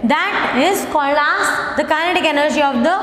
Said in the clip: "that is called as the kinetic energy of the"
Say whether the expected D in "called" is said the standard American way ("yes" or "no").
no